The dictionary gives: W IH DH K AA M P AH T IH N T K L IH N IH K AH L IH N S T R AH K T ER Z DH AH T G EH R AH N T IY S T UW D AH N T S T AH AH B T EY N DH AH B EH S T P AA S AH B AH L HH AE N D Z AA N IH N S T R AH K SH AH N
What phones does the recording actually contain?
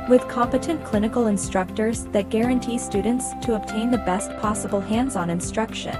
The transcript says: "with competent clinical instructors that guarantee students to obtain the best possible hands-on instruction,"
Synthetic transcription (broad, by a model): W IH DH K AA M P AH T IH N K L IH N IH K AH L IH N S T R AH K T ER Z DH AH T G EH R AH N T IY S T UW D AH N T S T AH AH B T EY N DH AH B EH S T P AA S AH B L HH AE N D Z N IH N S T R AH K SH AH N